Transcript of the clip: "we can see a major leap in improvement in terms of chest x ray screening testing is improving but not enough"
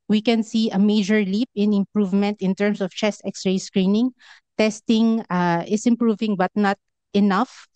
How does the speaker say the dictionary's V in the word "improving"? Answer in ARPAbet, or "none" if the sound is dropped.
V